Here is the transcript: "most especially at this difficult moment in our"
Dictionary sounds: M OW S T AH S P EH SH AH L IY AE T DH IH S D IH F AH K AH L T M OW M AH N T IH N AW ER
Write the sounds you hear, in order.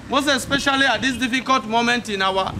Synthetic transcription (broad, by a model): M OW S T AH S P EH SH AH L IY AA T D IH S D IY F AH K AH L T M OW M AH N T IH N AW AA